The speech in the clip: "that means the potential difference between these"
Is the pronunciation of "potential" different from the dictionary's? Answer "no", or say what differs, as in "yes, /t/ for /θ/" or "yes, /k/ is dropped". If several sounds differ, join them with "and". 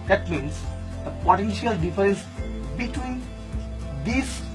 no